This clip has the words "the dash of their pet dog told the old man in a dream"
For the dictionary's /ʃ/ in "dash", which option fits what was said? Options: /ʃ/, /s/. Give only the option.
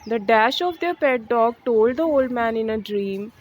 /ʃ/